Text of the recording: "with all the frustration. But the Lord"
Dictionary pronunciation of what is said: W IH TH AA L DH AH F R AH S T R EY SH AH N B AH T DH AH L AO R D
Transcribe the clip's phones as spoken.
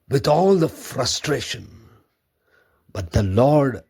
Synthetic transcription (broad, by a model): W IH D AA L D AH F R AH S T R EY SH AH N B AH T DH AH L AO R D